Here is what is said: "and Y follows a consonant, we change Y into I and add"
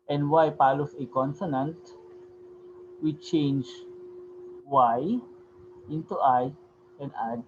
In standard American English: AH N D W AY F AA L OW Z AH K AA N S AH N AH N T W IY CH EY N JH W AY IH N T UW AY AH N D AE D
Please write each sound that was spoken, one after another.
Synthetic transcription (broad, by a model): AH N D W AY P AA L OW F AH K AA N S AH N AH N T W IY CH EY N JH W AY IH N T UW AY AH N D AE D